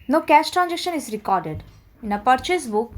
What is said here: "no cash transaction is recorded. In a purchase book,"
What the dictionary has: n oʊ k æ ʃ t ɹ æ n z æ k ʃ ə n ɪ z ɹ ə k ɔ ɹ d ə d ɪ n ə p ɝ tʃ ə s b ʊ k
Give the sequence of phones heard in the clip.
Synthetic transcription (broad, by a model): n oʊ k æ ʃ t ɹ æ n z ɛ k ʃ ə n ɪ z ɹ ə k ɔ ɹ d ə d ɪ n ə p ɝ tʃ ə s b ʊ k